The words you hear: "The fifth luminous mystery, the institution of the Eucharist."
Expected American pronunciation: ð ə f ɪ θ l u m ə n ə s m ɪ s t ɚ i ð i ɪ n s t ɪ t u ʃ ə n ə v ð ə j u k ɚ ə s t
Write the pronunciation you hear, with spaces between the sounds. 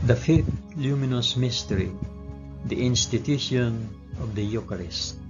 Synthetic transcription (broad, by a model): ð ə f ɪ θ l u m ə n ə s m ɪ s t ɚ i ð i ɪ n s t ɪ t u ʃ ə n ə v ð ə j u k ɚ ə s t